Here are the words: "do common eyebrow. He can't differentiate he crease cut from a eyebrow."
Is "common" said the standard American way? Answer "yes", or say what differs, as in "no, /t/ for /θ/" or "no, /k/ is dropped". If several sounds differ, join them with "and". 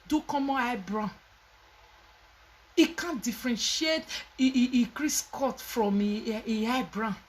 no, /n/ is dropped